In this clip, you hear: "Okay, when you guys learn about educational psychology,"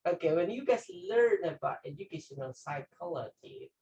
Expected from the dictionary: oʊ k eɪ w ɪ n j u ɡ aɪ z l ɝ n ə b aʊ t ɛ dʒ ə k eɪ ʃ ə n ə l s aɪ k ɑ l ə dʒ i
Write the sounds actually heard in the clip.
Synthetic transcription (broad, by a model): oʊ k eɪ w ɪ n j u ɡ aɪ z l ɝ n ə b aʊ t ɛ dʒ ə k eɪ ʃ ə n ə n s aɪ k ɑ l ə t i